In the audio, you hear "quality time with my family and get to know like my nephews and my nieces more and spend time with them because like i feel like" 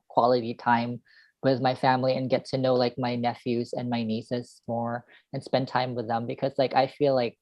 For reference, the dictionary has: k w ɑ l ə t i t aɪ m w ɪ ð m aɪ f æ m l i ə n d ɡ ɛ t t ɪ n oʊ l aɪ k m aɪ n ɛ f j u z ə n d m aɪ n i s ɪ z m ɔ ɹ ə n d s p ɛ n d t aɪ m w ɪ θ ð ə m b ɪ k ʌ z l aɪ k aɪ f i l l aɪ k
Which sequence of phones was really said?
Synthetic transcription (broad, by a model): k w ɑ l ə t i t aɪ m w ɪ ð m aɪ f æ m l i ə n ɡ ɛ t t ɪ n oʊ l aɪ k m aɪ n ɛ f j u z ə n m aɪ n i s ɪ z m ɔ ɹ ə n s p ɛ n t aɪ m w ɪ ð ə m b ɪ k ʌ z l aɪ k aɪ f i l l aɪ k